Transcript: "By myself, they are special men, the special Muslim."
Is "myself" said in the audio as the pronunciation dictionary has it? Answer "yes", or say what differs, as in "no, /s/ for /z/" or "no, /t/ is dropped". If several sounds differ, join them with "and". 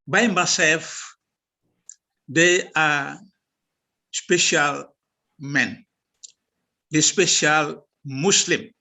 no, /l/ is dropped